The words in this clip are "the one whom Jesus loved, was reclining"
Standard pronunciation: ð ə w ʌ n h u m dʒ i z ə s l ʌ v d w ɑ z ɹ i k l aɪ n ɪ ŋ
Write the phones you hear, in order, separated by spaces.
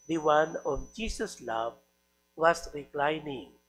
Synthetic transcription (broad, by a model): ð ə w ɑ n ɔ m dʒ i s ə s l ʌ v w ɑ s ɹ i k l aɪ n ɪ ŋ